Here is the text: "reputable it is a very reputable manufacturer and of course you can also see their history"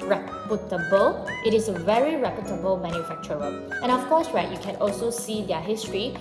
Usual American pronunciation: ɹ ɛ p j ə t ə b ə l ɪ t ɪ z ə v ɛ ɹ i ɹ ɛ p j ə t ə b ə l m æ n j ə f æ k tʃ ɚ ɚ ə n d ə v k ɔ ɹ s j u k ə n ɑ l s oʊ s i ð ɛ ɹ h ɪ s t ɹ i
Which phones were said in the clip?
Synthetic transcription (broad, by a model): ɹ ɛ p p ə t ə b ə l ɪ t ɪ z ə v ɛ ɹ i ɹ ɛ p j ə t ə b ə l m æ n j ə f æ k tʃ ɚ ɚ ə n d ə f k ɔ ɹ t j u k ə n ɑ l s oʊ s i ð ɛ h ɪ s t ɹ i